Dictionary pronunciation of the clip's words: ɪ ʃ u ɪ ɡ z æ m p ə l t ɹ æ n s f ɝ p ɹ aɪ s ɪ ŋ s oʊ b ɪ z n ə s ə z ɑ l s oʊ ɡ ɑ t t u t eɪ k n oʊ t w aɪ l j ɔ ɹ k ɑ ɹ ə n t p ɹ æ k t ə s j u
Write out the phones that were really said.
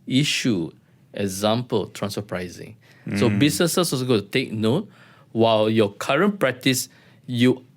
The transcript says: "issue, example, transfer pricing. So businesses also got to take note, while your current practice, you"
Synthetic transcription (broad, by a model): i ʃ u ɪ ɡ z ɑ m p ə l t ɹ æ n s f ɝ p ɹ aɪ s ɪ ŋ s oʊ b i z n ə s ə s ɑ s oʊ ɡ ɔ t t u t eɪ k n oʊ t w aɪ l j ɔ k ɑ ɹ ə n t p ɹ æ k t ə s j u